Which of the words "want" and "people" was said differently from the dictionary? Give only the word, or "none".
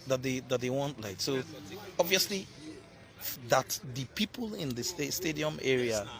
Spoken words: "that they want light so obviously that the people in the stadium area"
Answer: none